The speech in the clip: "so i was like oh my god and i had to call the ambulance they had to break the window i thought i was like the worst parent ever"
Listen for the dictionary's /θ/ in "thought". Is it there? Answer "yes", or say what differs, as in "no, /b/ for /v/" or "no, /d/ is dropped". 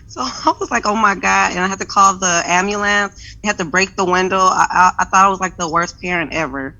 yes